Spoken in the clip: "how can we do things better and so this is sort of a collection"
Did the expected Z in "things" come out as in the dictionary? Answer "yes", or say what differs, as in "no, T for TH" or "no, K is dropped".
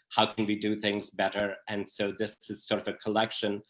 yes